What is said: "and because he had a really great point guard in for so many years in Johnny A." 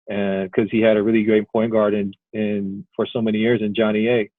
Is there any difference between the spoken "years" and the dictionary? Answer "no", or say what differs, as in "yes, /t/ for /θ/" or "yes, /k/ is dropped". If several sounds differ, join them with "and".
no